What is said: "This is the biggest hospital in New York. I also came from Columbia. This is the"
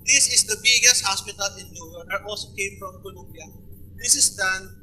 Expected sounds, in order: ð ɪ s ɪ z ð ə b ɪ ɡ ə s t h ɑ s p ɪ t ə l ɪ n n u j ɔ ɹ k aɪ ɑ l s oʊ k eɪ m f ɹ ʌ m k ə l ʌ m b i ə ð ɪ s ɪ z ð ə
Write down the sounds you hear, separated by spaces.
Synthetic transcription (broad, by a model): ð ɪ s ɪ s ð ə b ɪ ɡ ə s t h ɑ s p ɪ t ə l ɪ n l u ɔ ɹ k ɑ l s oʊ k eɪ m f ɹ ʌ m k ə l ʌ m b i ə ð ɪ s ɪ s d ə